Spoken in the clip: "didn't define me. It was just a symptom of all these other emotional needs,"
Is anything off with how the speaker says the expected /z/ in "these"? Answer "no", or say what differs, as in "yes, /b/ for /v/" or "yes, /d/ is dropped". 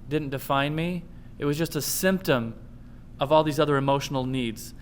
no